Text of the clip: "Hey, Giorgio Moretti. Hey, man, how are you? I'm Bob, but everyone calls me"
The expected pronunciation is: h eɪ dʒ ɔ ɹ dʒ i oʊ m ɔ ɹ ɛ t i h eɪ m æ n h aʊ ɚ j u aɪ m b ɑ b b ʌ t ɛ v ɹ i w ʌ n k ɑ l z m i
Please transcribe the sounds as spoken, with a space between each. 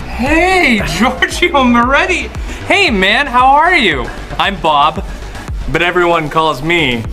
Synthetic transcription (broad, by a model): h eɪ dʒ ɔ ɹ dʒ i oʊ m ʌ ɹ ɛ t i h eɪ m æ n h aʊ ɚ j u aɪ m b ɑ b b ʌ t ɛ v ɹ i w ʌ n k ɑ l z m i